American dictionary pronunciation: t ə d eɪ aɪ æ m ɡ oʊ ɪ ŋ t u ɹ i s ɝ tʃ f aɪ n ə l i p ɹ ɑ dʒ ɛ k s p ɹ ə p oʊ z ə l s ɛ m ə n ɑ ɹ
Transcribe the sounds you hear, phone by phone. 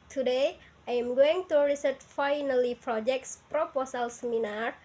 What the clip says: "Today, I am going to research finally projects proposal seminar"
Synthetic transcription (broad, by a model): t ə d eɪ aɪ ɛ m ɡ oʊ ɪ ŋ t u ɹ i s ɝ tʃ f aɪ n ə l i p ɹ ɑ dʒ ɛ k s p ɹ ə p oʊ s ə l s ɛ m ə n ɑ ɹ